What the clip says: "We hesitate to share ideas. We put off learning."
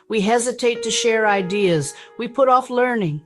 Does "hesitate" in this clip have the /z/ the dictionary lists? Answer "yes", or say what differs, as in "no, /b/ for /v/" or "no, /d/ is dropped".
yes